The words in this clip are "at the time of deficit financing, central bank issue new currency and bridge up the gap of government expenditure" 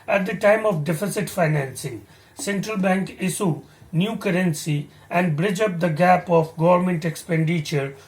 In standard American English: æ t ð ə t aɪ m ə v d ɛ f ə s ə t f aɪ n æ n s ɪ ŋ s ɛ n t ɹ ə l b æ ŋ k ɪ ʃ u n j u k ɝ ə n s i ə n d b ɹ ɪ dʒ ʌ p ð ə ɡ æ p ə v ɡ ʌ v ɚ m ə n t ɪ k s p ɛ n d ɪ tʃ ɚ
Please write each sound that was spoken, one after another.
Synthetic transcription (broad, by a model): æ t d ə t aɪ m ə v d ɛ f ə s ə t f aɪ n æ n s ɪ ŋ s ɛ n t ɹ ə l b æ ŋ k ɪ s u n j u k ɝ ə n s i ə n d b ɹ ɪ dʒ ʌ p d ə ɡ æ p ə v ɡ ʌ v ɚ m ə n t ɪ k s p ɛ n d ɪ tʃ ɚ